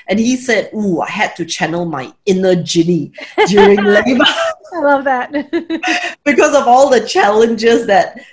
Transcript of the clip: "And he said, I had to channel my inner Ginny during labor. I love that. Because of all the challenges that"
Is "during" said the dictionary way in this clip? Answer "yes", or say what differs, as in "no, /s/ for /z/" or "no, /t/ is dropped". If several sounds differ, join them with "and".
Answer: yes